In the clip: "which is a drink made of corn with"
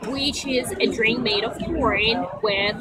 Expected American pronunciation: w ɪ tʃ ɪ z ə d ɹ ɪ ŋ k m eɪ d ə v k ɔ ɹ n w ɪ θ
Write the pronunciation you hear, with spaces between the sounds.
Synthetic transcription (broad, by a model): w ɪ tʃ ɪ z ə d ɹ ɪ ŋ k m eɪ d ə v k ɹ ɹ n w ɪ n